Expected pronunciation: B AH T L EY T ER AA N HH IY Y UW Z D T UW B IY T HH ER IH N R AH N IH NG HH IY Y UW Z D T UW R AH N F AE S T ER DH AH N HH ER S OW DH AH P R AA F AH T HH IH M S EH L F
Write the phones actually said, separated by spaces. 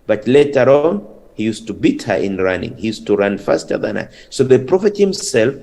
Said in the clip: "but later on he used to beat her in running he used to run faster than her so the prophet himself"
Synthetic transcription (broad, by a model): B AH T L EY T ER AA N HH IY Y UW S T UW B IY T HH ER IH N R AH N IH NG HH IY Y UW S T UW R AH N F AE S T ER DH AH N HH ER S OW DH AH P R AA F AH T HH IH M S EH L F